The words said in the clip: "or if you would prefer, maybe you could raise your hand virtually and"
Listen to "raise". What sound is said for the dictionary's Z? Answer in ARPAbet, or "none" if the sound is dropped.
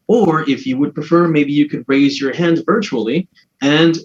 Z